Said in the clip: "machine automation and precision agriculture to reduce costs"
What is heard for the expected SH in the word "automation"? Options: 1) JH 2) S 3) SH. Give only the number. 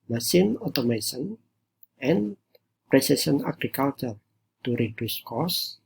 2